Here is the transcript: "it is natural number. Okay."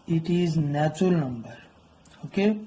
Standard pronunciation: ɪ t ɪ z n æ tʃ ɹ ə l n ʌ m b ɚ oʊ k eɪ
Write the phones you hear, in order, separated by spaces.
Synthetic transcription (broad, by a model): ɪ t ɪ z n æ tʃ ə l n ʌ m b ɚ oʊ k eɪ